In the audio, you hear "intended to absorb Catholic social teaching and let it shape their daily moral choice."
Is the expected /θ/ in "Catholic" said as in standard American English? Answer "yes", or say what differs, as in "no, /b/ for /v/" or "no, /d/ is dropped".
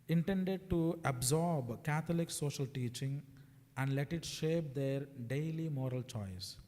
no, /t/ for /θ/